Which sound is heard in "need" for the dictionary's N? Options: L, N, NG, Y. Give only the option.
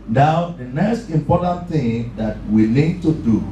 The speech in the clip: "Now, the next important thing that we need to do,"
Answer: L